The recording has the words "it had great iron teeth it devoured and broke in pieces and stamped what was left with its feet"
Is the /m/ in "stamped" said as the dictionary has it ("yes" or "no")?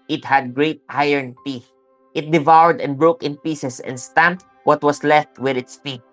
yes